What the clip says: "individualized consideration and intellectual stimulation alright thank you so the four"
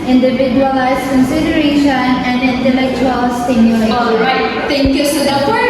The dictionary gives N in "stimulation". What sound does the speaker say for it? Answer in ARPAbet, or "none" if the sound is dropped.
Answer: none